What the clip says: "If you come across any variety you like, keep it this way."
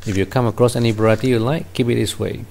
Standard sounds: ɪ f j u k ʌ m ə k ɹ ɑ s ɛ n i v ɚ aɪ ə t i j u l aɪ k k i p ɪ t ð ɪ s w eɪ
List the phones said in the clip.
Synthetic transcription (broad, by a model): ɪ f j u k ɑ m ə k ɹ ɑ s ɛ n i b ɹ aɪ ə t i j u l aɪ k k i p ɪ t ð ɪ s w eɪ